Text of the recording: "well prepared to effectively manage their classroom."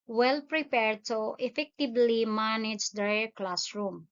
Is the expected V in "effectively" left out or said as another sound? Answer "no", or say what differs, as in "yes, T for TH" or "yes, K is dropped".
yes, B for V